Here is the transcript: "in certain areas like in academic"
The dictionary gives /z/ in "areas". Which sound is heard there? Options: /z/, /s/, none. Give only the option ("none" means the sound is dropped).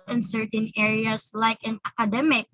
/s/